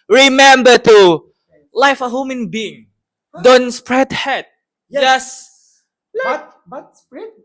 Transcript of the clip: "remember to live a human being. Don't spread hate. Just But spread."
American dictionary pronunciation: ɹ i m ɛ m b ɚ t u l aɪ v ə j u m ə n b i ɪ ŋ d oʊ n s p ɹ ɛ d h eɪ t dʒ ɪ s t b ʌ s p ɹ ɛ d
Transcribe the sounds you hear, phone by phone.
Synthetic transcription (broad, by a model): ɹ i m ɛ m b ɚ t u l aɪ f ə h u m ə n b i ɪ ŋ d oʊ n s p ɹ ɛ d h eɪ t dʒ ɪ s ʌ s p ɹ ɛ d